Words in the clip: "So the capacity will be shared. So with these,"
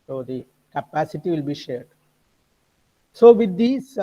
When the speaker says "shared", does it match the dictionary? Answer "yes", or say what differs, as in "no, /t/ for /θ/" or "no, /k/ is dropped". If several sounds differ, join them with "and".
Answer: yes